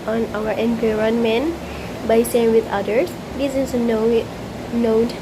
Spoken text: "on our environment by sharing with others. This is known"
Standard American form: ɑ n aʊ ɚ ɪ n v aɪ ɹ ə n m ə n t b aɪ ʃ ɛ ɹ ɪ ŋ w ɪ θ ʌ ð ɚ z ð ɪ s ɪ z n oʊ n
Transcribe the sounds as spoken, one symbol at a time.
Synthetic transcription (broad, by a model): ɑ n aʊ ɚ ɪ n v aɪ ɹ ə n m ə n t b aɪ s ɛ ɪ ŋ w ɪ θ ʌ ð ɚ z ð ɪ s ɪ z n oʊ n